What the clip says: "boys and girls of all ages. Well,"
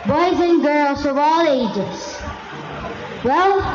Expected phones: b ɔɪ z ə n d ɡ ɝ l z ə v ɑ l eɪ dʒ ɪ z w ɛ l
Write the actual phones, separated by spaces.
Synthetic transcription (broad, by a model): b ɔɪ z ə n ɡ ɝ l z ə v ɑ l eɪ dʒ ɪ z w ɛ l